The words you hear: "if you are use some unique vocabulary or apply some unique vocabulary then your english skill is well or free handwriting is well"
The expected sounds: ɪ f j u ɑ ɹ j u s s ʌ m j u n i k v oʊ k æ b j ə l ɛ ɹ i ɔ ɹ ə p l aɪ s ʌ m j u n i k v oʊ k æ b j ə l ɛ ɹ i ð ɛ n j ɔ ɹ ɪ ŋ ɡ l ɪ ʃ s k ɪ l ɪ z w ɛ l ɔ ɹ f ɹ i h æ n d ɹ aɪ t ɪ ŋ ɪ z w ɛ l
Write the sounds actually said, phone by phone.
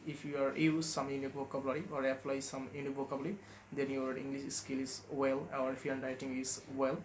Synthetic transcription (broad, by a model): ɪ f j u ɑ ɹ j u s s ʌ m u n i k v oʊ k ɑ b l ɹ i ɔ ɹ ə p l aɪ s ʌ m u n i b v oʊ k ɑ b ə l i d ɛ n j ɔ ɹ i ŋ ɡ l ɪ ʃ s k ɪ l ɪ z w ɛ l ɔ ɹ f i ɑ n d aɪ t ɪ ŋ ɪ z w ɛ l